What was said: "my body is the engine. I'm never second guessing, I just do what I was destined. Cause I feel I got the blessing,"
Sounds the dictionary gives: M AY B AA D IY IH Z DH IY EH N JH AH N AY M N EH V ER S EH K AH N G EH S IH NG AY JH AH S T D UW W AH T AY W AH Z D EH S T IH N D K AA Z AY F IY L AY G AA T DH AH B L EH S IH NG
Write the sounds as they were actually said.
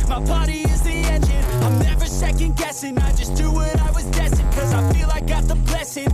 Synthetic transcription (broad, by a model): M AY B AA D IY IH Z DH IY EH N JH AH N AY M N EH V ER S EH K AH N G EH S IH NG AY JH AH S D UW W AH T AY W AH Z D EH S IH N K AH Z AY F IY L AY G AA T DH AH B L EH S IH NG